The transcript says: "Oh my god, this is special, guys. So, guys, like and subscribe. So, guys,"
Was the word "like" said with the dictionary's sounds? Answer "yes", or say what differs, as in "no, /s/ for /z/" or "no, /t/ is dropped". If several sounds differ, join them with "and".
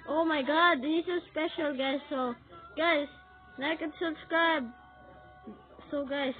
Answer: no, /n/ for /l/